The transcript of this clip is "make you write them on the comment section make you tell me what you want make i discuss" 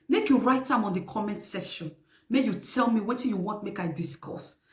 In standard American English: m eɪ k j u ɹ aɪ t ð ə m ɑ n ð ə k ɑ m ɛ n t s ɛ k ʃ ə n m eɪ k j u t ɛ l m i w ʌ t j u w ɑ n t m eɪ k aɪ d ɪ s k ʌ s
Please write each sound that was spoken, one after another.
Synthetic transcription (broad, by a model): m eɪ k j u ɹ aɪ t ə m ɑ n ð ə k ɑ m ɛ n t s ɛ ʃ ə n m eɪ j u t ɛ l m i w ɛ t j u w ɑ n t m eɪ k aɪ d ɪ s k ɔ s